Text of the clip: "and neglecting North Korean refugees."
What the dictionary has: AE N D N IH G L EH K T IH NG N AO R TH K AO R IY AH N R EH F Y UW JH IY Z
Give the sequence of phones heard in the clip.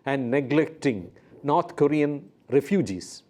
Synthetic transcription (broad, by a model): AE N D N IH G L EH K T IH NG N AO R T K AO R IY AH N R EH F Y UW JH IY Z